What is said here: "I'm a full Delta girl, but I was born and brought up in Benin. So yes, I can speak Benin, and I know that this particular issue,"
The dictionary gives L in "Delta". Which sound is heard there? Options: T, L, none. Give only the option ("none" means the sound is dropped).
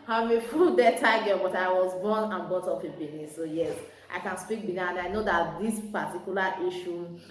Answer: none